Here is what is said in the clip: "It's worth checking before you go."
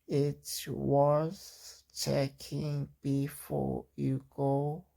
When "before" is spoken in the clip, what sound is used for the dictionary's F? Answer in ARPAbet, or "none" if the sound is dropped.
F